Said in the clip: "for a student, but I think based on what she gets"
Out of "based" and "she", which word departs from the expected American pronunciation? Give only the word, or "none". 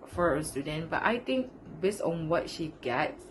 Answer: none